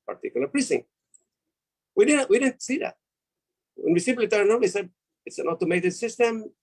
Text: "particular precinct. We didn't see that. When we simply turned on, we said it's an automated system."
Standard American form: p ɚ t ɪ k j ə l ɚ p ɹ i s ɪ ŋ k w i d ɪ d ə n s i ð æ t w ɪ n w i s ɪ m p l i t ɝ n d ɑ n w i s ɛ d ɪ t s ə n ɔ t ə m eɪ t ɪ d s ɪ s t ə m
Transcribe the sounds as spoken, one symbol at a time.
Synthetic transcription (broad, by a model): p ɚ t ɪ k j l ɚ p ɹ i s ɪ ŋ w i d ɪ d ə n s i ð æ t w ɪ n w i s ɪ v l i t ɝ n ɑ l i s ɛ d ɪ t s ə n ɔ t ə m eɪ t ɪ d s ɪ s t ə m